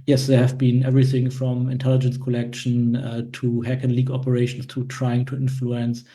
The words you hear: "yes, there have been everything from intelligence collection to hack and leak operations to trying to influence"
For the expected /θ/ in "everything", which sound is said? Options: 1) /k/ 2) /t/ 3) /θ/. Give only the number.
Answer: 3